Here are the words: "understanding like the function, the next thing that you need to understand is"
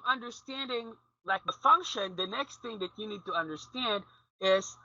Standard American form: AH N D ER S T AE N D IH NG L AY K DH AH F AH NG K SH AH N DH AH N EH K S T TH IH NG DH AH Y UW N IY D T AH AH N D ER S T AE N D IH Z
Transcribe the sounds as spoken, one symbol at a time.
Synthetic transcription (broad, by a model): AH N D ER S T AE N D IH NG L AY K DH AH F AH NG K SH AH N DH AH N EH K S T TH IH NG DH AH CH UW N IY D T AH AH N D ER S T AE N D IH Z